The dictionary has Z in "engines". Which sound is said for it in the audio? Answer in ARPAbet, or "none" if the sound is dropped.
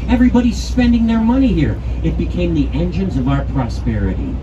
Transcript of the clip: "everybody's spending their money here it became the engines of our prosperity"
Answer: Z